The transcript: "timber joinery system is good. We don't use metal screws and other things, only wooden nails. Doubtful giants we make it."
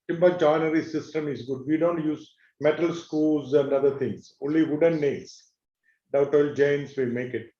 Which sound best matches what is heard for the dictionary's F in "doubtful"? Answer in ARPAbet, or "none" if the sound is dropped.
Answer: none